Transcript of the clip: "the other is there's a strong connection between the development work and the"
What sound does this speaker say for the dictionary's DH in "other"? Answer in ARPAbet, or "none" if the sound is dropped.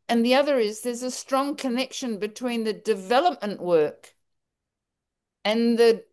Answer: DH